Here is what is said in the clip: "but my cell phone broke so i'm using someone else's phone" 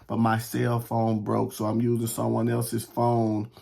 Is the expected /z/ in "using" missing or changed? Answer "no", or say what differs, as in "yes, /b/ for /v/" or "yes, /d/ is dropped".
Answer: no